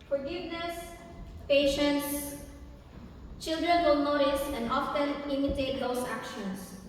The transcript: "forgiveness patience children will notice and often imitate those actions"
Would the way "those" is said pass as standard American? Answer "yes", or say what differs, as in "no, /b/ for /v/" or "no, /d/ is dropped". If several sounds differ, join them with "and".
no, /s/ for /z/